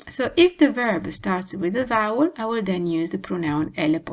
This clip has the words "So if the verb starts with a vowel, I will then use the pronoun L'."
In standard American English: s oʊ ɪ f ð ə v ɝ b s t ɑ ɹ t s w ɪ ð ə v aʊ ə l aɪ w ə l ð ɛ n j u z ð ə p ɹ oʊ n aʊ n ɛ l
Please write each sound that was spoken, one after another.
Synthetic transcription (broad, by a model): s oʊ ɪ f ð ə v ɝ b s t ɑ ɹ t s w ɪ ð ə v aʊ ə l aɪ w ə l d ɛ n j u z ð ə p ɹ oʊ n aʊ n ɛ l